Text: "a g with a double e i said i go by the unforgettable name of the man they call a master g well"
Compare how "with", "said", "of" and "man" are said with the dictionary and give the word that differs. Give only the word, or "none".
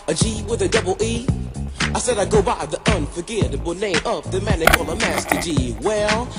of